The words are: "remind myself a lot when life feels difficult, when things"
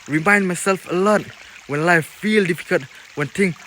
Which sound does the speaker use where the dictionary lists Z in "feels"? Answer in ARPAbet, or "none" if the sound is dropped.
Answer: none